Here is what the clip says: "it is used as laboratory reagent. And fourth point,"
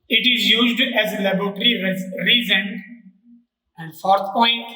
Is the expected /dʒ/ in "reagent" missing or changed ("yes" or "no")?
yes